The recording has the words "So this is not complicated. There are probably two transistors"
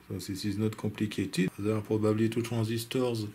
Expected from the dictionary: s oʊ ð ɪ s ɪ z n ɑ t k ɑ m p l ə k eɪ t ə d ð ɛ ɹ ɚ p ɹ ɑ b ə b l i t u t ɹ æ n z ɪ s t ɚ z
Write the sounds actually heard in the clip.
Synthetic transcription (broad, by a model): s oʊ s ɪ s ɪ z n ɑ t k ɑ p l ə k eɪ t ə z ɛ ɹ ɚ p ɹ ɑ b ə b l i t u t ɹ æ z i s t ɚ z